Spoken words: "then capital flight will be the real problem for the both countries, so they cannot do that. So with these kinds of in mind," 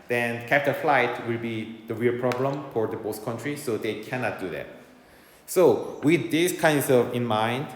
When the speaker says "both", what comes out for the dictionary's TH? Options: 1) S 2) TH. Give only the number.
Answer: 1